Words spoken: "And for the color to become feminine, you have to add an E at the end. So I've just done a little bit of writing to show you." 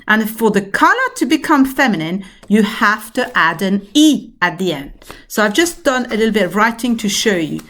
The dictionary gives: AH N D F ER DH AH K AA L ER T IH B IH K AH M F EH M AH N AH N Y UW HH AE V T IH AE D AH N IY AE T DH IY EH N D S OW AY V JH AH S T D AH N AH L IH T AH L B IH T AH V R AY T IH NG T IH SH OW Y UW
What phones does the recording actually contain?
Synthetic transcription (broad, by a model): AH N F ER DH AH K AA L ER T IH B IH K AH M F EH M AH N AH N Y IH HH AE F T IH AE D AH N IY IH T DH IY EH N D S OW AY V JH AH S D AH N AH L IH T L B IH T AH V R AY T IH NG T IH SH OW Y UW